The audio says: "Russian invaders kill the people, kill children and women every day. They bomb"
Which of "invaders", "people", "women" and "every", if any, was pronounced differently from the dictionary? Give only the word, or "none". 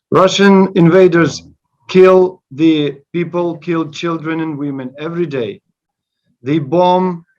none